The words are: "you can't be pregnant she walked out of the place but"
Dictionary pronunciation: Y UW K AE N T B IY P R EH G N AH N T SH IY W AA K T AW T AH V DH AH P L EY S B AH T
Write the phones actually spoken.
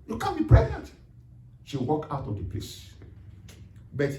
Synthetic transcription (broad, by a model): Y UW K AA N B IY P R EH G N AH N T SH IY W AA K AW T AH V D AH P L EY S B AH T